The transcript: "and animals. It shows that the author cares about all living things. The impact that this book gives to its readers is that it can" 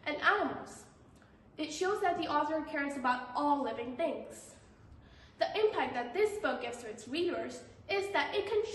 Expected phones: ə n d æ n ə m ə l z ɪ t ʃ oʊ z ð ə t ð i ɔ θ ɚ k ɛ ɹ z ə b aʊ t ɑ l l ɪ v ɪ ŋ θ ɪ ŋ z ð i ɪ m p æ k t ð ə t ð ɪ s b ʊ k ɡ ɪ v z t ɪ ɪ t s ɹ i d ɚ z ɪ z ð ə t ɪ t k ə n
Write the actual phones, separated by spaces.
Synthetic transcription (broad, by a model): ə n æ ə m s ɪ t ʃ oʊ z ð ə t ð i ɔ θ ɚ k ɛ ɹ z ə b aʊ t ɑ l l ɪ v ɪ ŋ θ ɪ ŋ z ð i ɪ m p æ k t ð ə t ð ɪ s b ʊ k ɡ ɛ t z t ɪ ɪ t s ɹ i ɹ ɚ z ɪ z ð ə t ɪ t k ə n